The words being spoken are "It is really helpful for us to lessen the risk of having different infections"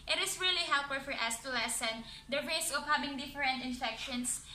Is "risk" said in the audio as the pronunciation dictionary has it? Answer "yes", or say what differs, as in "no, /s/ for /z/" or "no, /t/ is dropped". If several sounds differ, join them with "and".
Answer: no, /k/ is dropped